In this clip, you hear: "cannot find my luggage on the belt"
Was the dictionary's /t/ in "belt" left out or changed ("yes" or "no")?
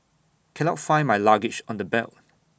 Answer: yes